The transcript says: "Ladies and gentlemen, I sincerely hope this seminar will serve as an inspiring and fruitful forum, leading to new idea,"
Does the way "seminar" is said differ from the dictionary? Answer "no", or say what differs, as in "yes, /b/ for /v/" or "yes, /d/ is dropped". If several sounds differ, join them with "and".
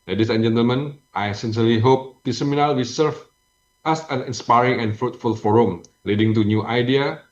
yes, /l/ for /ɹ/